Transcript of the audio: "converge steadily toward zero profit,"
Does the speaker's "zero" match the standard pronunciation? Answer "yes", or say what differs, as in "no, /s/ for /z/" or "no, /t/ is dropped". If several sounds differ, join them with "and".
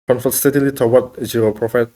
no, /ɹ/ is dropped